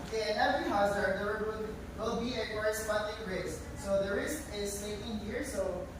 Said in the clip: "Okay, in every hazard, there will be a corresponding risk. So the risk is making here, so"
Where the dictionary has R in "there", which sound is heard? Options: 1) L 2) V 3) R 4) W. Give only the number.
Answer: 1